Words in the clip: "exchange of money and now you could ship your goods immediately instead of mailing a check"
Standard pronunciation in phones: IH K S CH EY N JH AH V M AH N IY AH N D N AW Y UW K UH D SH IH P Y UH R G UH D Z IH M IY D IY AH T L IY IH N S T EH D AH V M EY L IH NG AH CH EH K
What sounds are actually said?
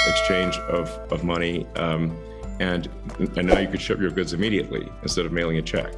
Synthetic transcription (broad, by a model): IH K S CH EY N JH AH V M AH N IY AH N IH N AW Y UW K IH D SH IH P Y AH R G UH D Z IH M IY D IY AH T L IY IH N S T EH D AH V M EY L IH NG AH CH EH K